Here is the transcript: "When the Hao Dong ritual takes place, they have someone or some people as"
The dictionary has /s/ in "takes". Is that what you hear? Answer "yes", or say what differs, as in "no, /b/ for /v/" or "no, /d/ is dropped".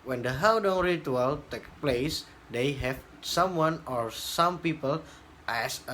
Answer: no, /s/ is dropped